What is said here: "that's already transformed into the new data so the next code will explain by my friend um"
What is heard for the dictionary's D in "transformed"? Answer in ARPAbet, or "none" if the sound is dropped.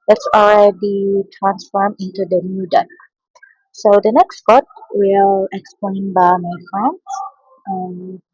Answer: none